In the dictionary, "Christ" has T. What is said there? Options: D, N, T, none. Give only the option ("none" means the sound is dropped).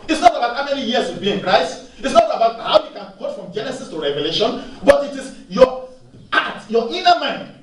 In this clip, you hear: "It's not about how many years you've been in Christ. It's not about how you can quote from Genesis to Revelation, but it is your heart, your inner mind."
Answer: none